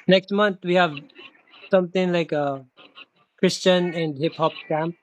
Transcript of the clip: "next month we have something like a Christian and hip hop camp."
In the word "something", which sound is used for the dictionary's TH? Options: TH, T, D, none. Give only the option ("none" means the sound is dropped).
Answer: T